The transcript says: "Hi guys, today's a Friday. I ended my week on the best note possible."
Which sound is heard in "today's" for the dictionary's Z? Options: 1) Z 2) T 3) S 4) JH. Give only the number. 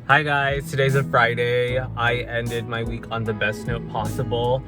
1